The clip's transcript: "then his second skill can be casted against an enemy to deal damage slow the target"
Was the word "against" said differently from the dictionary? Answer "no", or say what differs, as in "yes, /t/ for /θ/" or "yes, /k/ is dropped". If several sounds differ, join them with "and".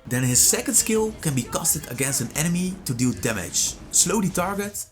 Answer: no